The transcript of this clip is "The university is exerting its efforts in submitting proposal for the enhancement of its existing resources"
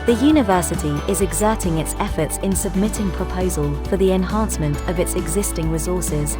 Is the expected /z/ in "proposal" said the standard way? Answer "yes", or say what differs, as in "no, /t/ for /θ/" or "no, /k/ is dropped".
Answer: yes